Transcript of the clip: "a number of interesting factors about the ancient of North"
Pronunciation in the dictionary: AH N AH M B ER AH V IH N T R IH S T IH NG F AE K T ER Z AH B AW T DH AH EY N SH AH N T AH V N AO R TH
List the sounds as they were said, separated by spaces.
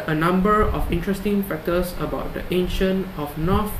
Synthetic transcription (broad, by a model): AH N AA M B ER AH F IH N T R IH S T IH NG F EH K T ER S AH B AW T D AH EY N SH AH N AH F N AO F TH